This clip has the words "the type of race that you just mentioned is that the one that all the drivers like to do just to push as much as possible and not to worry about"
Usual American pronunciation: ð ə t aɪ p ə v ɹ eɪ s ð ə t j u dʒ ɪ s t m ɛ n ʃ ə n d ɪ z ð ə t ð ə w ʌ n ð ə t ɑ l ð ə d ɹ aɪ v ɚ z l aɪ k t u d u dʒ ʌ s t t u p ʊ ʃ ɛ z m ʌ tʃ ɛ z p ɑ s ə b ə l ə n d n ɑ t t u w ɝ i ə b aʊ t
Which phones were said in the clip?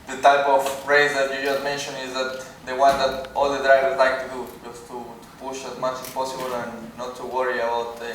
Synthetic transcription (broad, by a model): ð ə t aɪ p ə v ɹ eɪ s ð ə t j u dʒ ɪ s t m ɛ n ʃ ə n ɪ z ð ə t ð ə w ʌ n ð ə t ɑ l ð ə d ɹ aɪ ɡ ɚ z l aɪ k t u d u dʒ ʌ s t t u p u ʃ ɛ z m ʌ tʃ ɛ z p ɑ s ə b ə l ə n n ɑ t t u w ɝ i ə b aʊ t